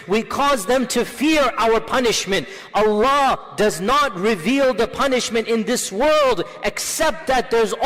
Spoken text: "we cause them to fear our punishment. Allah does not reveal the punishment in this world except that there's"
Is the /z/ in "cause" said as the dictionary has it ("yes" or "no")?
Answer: yes